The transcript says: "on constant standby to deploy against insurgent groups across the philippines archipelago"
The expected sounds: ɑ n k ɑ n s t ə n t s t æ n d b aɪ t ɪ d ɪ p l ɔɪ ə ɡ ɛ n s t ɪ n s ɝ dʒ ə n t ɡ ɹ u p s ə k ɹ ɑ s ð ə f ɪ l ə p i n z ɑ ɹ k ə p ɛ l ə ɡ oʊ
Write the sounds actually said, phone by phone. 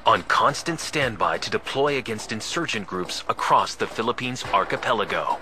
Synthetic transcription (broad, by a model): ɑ n k ɑ n s t ə n t s t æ n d b aɪ t ɪ d ɪ p l ɔɪ ə ɡ ɛ n s t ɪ n s ɝ dʒ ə n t ɡ ɹ u p s ə k ɹ ɑ s ð ə f ɪ l ə p i n z ɑ ɹ k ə p ɛ l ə ɡ oʊ